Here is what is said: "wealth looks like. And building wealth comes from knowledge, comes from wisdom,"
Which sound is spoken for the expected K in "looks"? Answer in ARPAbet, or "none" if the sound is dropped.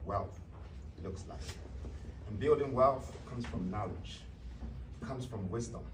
K